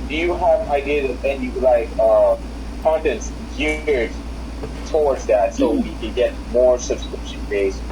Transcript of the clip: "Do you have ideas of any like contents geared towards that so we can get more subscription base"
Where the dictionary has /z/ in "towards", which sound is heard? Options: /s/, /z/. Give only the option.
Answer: /z/